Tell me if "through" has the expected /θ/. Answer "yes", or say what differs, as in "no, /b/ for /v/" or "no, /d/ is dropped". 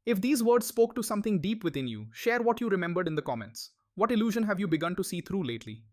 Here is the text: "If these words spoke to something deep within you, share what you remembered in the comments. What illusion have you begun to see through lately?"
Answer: no, /t/ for /θ/